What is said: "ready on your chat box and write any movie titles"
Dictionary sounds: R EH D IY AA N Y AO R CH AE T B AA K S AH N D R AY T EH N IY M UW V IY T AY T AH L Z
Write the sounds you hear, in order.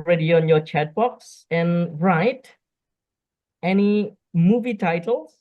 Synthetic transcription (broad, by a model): R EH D IY AA N Y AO CH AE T B AA K S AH N R AY T EH N IY M UW V IY T AY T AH L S